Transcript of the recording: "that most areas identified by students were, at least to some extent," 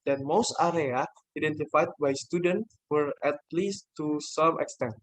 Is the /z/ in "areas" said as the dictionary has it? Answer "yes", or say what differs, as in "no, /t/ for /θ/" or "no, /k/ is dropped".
no, /z/ is dropped